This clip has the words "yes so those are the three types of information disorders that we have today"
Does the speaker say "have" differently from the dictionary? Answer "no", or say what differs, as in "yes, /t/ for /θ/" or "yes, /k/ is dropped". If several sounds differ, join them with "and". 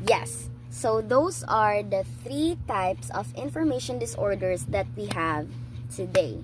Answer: no